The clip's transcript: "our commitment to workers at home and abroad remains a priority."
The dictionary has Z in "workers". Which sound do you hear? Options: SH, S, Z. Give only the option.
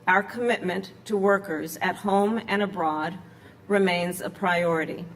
Z